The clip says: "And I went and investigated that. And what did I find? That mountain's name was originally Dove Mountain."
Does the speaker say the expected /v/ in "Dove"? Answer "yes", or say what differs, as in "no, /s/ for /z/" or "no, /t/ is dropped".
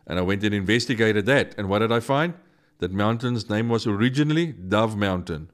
yes